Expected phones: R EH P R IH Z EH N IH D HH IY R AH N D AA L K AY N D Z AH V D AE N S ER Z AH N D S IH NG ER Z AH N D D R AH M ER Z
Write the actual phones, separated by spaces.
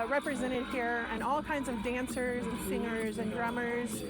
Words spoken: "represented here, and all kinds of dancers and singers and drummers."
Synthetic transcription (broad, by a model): R EH P R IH Z EH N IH D HH IY R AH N AA L K AY N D Z AH V D AE N S ER Z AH N S IH NG ER Z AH N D D R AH M ER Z